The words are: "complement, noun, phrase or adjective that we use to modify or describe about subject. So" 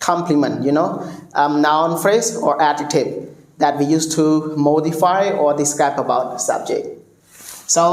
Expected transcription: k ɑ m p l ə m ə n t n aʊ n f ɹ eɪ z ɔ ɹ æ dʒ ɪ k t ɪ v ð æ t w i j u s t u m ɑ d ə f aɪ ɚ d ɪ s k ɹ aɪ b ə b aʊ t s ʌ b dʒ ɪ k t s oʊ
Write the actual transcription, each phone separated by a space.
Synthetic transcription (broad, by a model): k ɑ m p l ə m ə n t n aʊ n f ɹ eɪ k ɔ ɹ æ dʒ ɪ t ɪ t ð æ t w i j u s t u m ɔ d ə f aɪ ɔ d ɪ s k aɪ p ə b aʊ t s ʌ b dʒ ɪ k t s oʊ